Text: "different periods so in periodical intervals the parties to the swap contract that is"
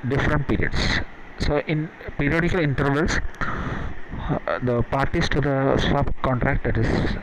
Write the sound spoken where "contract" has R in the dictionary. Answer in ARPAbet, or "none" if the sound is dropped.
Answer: R